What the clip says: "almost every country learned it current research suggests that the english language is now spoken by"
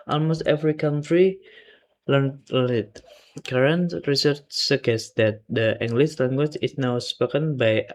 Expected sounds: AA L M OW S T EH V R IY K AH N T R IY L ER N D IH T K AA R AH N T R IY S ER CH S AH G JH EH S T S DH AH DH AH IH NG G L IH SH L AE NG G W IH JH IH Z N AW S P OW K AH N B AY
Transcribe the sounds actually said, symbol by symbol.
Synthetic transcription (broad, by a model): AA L M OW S T EH V R IY K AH N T R IY L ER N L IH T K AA R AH N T R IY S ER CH S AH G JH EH S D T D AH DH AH NG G L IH S L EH NG G W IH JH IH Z N AW S P OW K AH N B AY